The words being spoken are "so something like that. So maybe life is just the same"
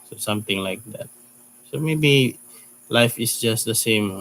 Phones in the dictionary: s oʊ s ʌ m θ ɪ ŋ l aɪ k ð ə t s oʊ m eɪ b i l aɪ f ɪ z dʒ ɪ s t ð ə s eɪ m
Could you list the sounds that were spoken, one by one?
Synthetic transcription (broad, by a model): s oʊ s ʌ m t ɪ ŋ l aɪ k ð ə t s oʊ m eɪ b i l aɪ f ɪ s dʒ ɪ s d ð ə s eɪ m